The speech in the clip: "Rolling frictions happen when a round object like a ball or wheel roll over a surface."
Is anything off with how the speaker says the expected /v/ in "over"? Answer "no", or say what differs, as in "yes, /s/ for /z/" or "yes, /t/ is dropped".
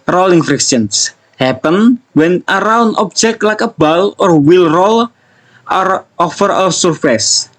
yes, /f/ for /v/